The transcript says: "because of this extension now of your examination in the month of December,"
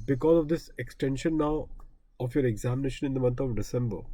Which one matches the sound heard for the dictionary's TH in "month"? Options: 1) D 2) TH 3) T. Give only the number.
3